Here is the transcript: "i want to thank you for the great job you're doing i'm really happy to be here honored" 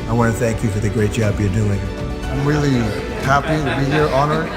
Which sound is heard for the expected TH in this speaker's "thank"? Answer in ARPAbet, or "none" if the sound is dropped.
TH